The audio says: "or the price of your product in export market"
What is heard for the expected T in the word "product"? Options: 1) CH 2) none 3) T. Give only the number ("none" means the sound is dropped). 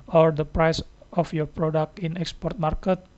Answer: 3